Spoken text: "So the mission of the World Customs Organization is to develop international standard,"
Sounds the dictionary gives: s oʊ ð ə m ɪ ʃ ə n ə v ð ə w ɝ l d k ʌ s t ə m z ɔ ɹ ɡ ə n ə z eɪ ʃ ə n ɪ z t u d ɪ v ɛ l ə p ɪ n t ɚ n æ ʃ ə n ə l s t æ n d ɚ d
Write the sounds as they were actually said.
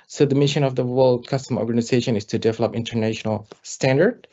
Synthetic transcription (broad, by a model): s oʊ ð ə m ɪ ʃ ə n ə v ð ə w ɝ l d k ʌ s t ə m ɔ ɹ ɡ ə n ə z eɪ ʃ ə n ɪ s t u d ɪ v ɛ l ə p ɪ n t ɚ n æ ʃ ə n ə l s t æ n d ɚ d